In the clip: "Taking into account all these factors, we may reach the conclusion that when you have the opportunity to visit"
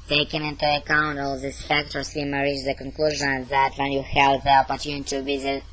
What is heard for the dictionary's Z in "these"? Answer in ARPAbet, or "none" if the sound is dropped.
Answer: S